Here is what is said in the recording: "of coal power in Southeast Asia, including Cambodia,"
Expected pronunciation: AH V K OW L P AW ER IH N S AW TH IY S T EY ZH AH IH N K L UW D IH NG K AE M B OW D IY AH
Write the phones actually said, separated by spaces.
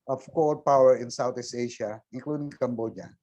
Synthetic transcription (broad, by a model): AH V K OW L P AW ER IH N S AW T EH S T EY SH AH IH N K L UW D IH NG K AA M B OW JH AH